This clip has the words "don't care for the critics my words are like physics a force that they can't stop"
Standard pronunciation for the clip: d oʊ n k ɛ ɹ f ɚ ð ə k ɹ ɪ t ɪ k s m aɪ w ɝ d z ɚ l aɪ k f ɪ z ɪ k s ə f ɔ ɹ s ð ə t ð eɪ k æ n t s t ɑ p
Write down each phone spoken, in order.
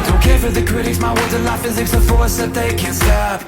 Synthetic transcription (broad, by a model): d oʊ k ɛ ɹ f ɚ ð ə k ɹ ɪ t ɪ k s m aɪ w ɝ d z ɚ n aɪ f ɪ z ɪ k s ə f ɔ ɹ s ð ə t ð eɪ k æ n s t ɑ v